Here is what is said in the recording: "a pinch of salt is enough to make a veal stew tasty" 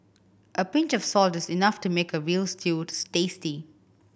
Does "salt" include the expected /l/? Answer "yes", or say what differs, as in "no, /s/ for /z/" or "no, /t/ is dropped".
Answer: yes